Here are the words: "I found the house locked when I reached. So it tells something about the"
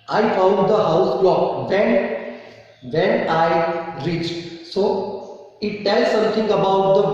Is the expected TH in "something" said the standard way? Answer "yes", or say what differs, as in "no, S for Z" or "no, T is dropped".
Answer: no, T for TH